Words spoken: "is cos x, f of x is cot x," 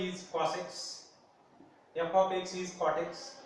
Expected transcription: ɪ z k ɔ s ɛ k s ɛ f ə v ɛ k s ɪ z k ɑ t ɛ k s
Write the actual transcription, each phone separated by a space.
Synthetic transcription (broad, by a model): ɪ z k ɔ s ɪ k s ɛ p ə p ɛ k s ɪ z k ɑ t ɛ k s